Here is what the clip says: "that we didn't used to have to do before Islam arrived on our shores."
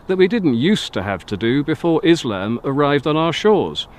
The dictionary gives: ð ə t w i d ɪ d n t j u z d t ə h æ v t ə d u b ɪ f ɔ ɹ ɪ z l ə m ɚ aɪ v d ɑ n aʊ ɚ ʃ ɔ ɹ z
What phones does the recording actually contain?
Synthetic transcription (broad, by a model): ð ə t w i d ɪ d n t j u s t ə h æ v t ə d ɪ b ɪ f ɔ ɹ ɪ z l ə m ɚ aɪ v d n aʊ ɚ ʃ ɔ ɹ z